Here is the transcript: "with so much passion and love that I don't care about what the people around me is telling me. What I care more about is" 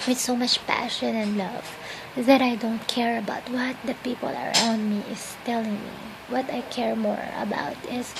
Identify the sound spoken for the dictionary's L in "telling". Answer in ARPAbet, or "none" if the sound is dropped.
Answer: L